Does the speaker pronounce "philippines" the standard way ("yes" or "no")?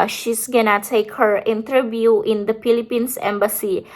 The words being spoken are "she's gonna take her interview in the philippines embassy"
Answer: no